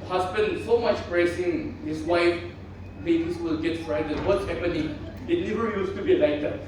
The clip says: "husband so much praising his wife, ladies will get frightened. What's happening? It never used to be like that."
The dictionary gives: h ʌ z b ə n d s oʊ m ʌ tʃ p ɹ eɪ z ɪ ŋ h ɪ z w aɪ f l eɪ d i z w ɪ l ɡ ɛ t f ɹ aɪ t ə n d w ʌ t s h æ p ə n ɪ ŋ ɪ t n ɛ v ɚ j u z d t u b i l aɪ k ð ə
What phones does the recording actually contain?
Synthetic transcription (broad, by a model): h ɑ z b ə n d s oʊ m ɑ tʃ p ɹ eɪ s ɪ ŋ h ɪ s w aɪ f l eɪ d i s w ɪ l ɡ ɛ t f ɹ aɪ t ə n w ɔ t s h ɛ p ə n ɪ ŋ ɪ t n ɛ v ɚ j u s t u b i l aɪ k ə